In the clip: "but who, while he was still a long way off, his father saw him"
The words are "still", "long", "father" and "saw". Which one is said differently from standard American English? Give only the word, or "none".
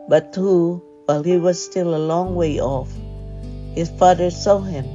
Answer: none